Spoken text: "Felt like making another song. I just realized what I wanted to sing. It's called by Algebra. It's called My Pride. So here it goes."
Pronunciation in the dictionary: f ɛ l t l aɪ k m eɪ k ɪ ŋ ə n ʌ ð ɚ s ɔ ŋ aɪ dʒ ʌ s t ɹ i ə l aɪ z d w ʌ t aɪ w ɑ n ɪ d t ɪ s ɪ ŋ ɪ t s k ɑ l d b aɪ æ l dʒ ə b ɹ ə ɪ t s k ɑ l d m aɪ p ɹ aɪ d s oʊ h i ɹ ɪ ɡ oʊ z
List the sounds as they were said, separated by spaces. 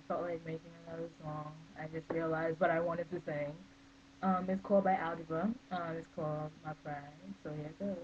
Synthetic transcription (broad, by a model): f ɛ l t l aɪ k m eɪ k ɪ ŋ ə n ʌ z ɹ ɔ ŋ aɪ dʒ ʌ s t ɹ i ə l aɪ z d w ʌ t aɪ w ɑ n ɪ d t ɪ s ɪ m ɪ t s k ɑ l d b aɪ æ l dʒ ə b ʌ ə ɪ t s k ɑ l d m aɪ f ɹ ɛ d s oʊ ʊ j ɪ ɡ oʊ